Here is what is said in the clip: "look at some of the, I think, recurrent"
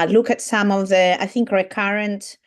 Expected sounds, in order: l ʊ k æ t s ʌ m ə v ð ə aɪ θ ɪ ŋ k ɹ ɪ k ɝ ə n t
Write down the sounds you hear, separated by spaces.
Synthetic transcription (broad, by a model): l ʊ k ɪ t s ʌ m ə v ð ə aɪ θ ɪ ŋ k ɹ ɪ k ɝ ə n t